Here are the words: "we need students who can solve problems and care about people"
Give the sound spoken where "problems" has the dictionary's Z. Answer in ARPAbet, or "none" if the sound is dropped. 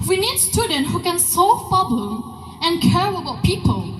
none